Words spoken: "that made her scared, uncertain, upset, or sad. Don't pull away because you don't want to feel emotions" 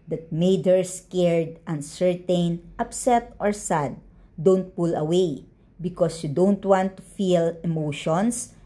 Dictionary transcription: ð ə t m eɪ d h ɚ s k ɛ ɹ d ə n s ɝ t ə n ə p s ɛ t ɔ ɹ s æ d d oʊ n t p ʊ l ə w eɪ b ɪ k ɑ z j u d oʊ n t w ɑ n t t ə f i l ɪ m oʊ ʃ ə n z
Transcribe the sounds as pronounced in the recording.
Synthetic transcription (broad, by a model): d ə t m eɪ d h ɚ s k ɛ ɹ d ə n s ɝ t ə n ə p s ɛ t ɔ ɹ s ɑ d d oʊ n t p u l ə w eɪ b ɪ k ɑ s j u d oʊ n t w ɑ n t t ə f i l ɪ m oʊ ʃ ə n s